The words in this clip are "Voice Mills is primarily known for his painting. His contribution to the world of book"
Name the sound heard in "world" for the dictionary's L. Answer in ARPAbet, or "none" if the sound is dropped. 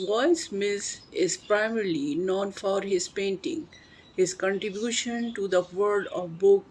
none